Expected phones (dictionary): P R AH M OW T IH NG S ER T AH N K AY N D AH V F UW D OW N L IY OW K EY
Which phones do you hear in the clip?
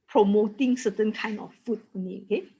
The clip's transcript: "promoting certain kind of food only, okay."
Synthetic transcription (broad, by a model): P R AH M OW T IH NG S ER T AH N K AY N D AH F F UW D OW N IY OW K EY